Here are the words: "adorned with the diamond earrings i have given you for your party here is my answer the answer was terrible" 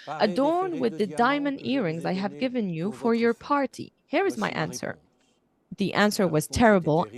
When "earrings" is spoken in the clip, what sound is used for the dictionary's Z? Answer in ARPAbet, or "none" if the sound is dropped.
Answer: Z